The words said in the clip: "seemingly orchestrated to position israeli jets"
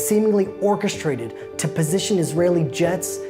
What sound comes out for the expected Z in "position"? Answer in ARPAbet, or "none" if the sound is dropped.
Z